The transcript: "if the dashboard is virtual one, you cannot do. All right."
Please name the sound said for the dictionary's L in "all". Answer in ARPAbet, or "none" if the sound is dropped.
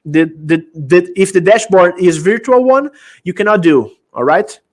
L